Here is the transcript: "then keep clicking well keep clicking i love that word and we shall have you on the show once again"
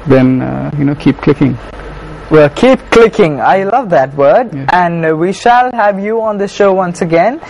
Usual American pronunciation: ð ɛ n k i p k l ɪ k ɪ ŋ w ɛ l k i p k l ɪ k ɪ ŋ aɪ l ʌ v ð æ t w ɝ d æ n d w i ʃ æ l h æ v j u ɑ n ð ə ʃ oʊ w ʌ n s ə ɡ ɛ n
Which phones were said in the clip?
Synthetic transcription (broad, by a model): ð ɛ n k i p k l ɪ k ɪ ŋ w ɛ l k i p k l ɪ k ɪ ŋ aɪ l ʌ v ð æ t w ɝ d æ n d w i ʃ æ l h æ v j u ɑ n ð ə ʃ oʊ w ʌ n s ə ɡ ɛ n